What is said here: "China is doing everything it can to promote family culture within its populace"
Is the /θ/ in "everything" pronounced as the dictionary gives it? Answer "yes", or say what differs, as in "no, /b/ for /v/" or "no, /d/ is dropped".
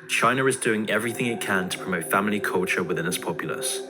yes